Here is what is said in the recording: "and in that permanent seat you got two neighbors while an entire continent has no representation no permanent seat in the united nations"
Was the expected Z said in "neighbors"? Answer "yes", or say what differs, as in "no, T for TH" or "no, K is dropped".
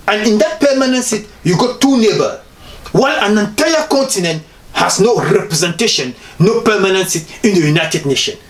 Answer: no, Z is dropped